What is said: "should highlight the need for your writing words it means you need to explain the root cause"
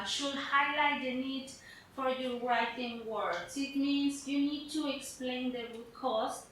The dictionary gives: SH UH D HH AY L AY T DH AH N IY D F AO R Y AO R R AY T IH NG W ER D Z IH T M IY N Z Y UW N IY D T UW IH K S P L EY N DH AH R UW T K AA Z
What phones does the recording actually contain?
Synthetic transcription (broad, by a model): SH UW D HH AY L AY T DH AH N IY D F AO R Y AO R R AY T IH NG W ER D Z IH T M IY N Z Y UW N IY D T UW IH K S P L EY N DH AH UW K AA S